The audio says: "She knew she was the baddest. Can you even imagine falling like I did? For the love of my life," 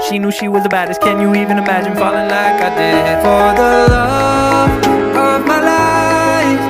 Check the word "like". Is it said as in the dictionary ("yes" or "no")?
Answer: yes